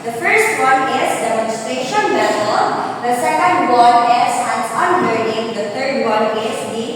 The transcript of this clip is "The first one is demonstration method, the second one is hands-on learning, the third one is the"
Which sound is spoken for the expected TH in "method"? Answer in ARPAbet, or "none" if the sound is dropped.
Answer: S